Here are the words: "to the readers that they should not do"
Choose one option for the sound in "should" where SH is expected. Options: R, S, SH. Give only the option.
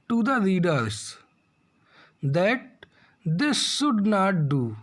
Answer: S